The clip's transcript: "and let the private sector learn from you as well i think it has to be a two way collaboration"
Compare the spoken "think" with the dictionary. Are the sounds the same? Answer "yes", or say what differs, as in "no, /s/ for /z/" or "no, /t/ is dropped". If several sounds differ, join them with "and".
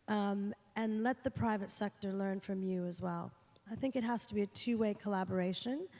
yes